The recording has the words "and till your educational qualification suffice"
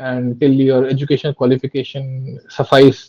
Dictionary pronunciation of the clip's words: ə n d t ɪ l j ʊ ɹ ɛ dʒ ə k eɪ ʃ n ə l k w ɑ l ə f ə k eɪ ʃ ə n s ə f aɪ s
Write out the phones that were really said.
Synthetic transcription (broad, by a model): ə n d t ɪ l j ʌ ɹ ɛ dʒ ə k eɪ ʃ ə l k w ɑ l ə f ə k eɪ ʃ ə n s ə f aɪ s